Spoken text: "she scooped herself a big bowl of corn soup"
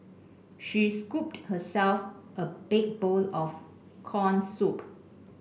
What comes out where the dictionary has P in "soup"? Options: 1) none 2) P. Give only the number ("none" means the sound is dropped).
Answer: 2